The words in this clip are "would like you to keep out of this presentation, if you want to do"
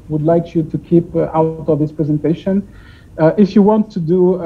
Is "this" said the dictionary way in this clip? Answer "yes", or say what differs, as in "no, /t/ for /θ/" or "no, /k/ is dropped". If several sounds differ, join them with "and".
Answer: yes